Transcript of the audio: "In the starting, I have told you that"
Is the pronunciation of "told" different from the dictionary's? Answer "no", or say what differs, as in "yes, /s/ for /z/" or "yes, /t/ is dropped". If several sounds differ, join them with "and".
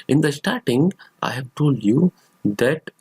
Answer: no